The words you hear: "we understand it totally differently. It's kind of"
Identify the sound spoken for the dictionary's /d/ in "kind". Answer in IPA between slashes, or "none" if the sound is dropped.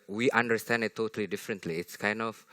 /d/